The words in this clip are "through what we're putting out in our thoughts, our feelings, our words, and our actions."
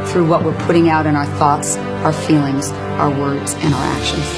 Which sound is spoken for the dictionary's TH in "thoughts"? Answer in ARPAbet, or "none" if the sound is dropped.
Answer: TH